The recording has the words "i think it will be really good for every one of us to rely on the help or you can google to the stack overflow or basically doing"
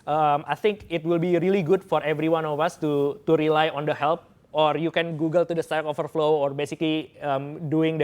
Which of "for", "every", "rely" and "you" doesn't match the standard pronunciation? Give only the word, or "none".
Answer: none